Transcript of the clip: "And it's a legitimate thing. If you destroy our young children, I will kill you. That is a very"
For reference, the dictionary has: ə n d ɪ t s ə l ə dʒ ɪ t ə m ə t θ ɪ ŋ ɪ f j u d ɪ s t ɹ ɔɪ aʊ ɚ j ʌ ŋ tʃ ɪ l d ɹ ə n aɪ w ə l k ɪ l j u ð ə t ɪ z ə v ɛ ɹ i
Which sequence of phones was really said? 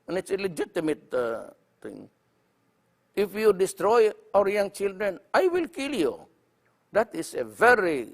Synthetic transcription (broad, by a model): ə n ɪ t s ə l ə dʒ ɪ t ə m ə t t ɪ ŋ ɪ f j u d ɪ s t ɹ ɔɪ aʊ ɚ j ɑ ŋ tʃ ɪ l d ɹ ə n aɪ w ə l k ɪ l j u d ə t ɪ s ə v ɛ ɹ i